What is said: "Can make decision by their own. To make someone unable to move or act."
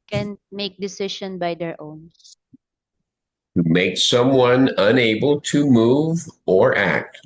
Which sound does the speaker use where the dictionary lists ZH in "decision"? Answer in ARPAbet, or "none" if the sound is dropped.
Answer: SH